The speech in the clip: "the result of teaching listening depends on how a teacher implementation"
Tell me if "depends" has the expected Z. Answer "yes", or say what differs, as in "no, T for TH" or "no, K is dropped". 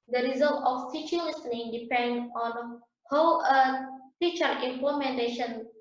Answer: no, Z is dropped